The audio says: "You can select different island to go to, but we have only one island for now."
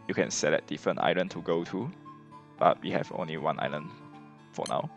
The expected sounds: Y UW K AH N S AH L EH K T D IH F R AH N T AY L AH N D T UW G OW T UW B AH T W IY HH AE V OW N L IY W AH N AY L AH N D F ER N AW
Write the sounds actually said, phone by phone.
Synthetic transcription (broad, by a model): Y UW K AH N S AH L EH T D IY F R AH N T AY L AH N T UW G OW T UW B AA T W IY HH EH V OW N L IY W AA N AY L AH N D F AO N AW